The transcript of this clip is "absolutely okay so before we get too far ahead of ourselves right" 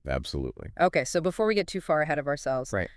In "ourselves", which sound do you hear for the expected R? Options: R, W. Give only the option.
R